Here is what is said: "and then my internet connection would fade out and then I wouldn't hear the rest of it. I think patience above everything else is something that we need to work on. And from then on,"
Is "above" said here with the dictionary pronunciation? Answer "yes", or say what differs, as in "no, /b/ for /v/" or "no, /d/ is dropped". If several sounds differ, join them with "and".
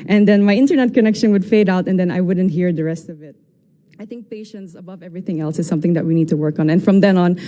yes